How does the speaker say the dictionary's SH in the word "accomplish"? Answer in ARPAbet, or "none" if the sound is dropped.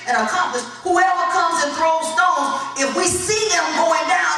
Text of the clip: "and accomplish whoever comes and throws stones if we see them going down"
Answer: S